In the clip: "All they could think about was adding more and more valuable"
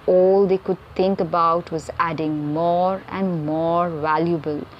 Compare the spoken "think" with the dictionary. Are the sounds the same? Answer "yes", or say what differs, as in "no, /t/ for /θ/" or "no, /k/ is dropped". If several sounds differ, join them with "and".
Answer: no, /t/ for /θ/